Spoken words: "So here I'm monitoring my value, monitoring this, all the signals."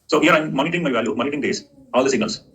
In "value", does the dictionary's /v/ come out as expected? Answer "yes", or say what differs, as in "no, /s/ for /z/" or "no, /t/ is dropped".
yes